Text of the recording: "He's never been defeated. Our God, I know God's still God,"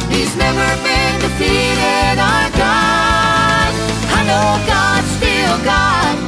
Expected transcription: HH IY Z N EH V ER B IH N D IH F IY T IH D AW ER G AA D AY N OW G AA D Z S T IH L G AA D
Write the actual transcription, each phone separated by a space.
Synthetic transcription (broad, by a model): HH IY Z N EH V ER B IH N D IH P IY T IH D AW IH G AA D AY N OW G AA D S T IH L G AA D